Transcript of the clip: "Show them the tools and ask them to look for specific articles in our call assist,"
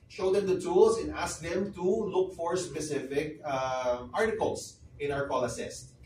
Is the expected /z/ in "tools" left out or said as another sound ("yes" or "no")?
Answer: yes